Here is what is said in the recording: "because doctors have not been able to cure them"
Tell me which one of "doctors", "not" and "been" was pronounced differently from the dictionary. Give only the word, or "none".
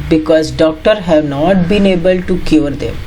doctors